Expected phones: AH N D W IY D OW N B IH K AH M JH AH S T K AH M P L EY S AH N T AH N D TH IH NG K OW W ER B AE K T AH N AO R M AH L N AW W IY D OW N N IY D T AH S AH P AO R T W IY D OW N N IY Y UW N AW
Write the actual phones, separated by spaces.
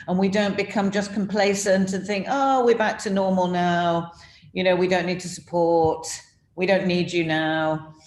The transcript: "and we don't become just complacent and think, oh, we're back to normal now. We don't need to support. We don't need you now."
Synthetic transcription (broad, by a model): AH N W IY D OW N B IH K AH M JH AH S K AH M P L EY S AH N T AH N TH IH NG K OW W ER B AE K T AH N AO R M AH L N AW W IY D OW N N IY D T AH S AH P AO R T W IY D OW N N IY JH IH N AW